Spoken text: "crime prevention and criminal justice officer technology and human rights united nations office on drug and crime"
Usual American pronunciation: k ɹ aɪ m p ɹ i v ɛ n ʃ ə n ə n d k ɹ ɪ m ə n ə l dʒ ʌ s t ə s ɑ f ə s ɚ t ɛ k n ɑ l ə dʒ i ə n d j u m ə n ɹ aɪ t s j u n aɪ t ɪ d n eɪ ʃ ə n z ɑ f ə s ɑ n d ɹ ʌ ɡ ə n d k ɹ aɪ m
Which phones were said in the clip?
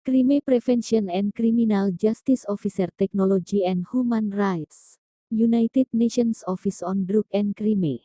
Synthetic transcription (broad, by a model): k ɹ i m p ɹ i f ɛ n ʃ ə n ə n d k ɹ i m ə n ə l dʒ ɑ s t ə s ɑ f ə s ɚ t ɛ k n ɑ l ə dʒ i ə n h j u m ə n ɹ aɪ t s j u n aɪ t ɪ d n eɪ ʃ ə n s ɑ f ə s ɑ n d ɹ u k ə n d k ɹ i m